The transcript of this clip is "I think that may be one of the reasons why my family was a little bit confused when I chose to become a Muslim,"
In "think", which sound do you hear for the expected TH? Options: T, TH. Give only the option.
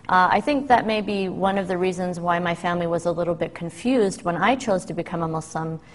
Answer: TH